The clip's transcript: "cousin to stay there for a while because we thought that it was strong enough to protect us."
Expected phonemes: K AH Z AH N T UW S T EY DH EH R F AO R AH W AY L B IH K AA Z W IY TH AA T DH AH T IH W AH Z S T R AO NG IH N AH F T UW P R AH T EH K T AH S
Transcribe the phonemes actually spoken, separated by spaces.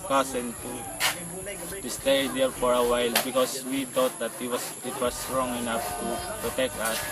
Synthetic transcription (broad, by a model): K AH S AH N T UW S T EY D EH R F AO R AH W AY L B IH K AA S W IY T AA T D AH T IH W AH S T R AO NG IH N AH F T UW P R AH T EH K T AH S